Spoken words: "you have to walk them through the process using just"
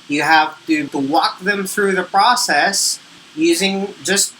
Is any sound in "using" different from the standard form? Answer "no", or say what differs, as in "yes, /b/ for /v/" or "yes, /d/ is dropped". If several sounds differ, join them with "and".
no